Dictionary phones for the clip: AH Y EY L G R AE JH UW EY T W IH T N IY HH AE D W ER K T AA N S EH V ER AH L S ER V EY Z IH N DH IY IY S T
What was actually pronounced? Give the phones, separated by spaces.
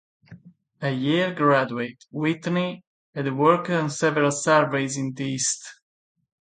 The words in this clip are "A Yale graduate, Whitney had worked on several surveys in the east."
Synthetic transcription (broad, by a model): AH Y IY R G R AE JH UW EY T W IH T N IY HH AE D W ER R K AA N S EH V ER AH L S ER V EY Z IH N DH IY IY S T